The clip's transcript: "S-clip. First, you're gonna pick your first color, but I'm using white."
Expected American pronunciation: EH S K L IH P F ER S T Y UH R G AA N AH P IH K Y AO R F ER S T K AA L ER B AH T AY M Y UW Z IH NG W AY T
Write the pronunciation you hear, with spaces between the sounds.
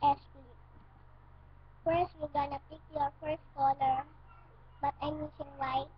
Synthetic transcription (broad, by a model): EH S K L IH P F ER S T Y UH G AA N AH P IH K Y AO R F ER S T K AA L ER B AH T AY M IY S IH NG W AY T